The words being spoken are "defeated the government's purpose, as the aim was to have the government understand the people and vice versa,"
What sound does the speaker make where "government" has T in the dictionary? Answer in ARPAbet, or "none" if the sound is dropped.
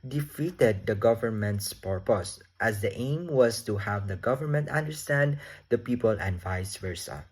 T